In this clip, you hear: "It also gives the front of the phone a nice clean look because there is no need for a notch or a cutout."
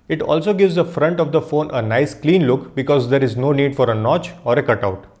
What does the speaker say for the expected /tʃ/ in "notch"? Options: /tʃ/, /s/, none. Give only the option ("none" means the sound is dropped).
/tʃ/